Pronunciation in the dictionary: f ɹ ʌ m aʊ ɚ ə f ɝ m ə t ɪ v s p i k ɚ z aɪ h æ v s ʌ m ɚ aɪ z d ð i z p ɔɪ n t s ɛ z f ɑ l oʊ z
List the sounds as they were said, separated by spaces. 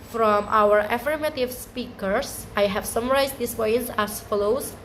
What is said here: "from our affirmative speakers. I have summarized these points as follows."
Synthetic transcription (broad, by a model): f ɹ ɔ m aʊ ɚ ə f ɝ m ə t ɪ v s p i k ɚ s aɪ h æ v s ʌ m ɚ aɪ s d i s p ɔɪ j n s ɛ s f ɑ l oʊ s